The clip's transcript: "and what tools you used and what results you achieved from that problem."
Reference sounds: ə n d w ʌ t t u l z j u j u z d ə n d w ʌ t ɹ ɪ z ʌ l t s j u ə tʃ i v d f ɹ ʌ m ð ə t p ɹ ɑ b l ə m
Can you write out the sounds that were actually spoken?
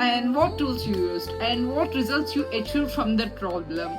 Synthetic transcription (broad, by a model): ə n d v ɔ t t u l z j u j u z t ə n d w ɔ t ɹ ɪ z ʌ l t s j u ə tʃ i d f ɹ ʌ m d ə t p ɹ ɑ b l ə m